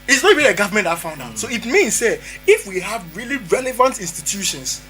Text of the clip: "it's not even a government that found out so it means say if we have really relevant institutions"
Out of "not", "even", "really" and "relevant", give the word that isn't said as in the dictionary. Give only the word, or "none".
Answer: even